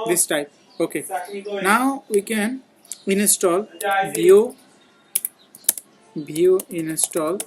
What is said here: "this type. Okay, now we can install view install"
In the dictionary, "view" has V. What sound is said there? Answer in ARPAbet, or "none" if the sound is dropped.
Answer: B